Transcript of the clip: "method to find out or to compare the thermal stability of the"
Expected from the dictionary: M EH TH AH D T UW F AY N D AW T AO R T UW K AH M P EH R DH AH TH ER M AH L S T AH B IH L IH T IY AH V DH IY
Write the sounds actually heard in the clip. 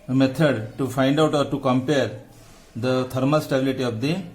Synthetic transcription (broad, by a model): M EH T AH D T UW F AY N D AW T AO R T UW K AH M P EH R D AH T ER M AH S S T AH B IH L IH T IY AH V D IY